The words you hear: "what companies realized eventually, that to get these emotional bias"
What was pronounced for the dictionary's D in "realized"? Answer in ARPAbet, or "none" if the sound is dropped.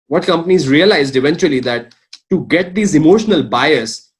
D